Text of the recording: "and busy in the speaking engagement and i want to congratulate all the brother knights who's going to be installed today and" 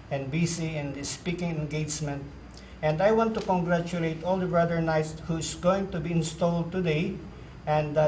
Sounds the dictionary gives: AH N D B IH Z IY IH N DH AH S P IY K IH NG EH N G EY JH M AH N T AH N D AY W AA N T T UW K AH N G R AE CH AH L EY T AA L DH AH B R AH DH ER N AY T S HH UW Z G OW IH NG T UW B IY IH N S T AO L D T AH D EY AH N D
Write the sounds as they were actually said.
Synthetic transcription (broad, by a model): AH N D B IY S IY IH N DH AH S P IY K IH NG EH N G EY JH M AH N T AH N D AY W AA N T T UW K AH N G R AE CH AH L EY T AA L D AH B R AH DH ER N AY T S HH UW S G OW IH NG T UW B IY IH N S T AO L D T AH D EY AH N D